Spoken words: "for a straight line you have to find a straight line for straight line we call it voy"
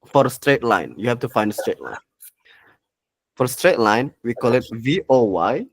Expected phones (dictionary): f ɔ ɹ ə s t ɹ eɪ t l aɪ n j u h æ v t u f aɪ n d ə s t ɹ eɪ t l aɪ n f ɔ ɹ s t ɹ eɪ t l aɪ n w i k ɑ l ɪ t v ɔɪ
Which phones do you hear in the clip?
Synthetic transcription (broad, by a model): f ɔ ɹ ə s t ɹ eɪ t l aɪ n j u h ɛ f t u f aɪ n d ə s t ɹ eɪ t l aɪ n f ɔ ɹ s t ɹ eɪ t l aɪ n w i k ɑ l ɪ t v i